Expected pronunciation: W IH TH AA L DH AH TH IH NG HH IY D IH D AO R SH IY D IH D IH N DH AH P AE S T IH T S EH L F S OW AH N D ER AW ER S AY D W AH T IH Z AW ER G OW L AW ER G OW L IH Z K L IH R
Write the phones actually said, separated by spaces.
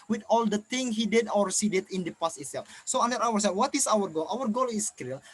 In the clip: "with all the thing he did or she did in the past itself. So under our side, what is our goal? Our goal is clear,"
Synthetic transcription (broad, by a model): W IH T AA L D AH T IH NG HH IY D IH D AO R S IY D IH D IH N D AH P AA S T IH T S EH L F S OW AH N D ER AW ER S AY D W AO T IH S AW ER G OW L AW ER G OW L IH S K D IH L